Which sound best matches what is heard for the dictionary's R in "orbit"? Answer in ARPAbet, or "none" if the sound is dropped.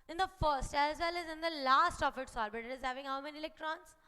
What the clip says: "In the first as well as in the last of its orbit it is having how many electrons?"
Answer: L